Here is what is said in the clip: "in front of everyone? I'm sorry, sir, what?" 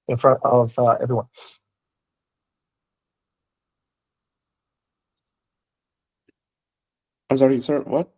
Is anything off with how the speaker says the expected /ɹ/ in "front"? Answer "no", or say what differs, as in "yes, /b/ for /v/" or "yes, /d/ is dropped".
no